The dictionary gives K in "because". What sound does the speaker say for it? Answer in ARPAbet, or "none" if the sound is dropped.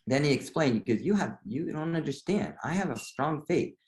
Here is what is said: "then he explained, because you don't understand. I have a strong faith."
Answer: none